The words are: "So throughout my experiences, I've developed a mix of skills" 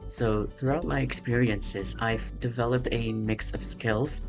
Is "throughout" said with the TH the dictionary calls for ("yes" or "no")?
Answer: yes